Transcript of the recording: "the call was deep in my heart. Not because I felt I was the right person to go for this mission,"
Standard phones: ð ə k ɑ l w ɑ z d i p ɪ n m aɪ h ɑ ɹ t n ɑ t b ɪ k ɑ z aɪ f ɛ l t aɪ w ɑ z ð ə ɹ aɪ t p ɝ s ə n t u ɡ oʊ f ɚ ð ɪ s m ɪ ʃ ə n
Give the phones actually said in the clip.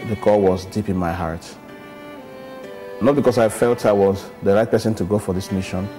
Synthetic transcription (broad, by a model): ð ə k ɑ l w ɑ z d i p ɪ n m aɪ h ɑ ɹ t n ɑ t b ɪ k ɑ s aɪ f ɛ l t aɪ w ɑ z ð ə ɹ aɪ t p ɝ s ə n t u ɡ oʊ f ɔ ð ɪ s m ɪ ʃ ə n